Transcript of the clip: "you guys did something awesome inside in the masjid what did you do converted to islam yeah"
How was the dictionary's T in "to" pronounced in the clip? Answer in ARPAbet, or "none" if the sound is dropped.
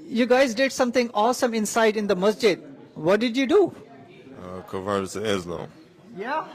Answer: S